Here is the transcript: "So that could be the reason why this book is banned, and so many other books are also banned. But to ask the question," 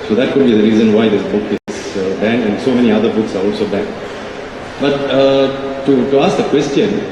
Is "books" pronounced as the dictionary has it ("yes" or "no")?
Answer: yes